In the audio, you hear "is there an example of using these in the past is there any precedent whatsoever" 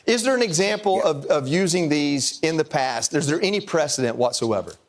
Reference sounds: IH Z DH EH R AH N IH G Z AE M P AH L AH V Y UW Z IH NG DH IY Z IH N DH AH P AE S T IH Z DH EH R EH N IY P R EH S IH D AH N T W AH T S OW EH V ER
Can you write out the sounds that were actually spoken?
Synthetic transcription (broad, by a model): IH Z DH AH R AH N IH G Z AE M P AH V AH V Y UW Z IH NG DH IY Z IH N DH AH P AE S T IH Z DH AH R EH N IY P R EH S IH D AH N T W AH T S OW EH V ER